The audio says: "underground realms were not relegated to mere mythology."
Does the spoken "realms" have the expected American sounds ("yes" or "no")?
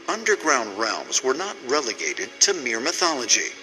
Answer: yes